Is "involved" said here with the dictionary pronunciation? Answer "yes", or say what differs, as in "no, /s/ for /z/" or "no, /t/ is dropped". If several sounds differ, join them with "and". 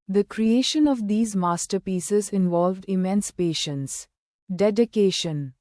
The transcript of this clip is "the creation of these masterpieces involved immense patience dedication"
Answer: yes